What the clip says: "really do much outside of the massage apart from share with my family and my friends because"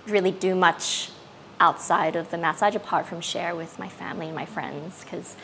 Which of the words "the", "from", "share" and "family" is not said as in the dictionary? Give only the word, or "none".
none